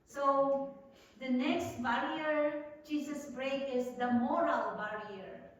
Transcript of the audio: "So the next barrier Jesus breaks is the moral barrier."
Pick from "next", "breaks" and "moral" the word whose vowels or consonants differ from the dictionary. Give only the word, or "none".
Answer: breaks